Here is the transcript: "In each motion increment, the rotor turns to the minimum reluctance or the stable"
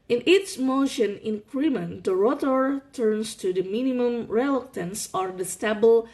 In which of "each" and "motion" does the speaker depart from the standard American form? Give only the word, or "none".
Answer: each